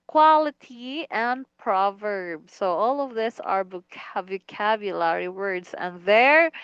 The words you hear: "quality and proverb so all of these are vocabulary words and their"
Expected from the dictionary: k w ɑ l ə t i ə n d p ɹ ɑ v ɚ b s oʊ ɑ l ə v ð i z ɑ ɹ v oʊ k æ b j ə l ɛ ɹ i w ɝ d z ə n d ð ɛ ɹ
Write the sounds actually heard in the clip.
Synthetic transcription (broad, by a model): k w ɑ l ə t i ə n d p ɹ ɑ v ɚ b s oʊ ɑ l ə v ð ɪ s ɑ ɹ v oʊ k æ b j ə l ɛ ɹ i w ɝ d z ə n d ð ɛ ɹ